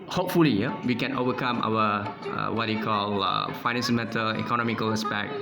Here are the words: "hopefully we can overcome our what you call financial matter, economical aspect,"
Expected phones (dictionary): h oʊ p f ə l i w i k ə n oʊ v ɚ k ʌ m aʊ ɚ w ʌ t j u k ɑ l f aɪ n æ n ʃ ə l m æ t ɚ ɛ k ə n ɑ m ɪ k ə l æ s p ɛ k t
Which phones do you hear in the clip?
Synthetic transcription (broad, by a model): h oʊ p f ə l i w i k ə n oʊ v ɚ k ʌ m aʊ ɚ w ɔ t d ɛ k ɑ l f aɪ n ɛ n s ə n m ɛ t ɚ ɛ k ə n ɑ m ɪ k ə l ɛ s p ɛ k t